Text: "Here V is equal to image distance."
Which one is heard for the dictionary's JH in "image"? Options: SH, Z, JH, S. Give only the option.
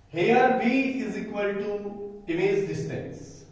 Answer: Z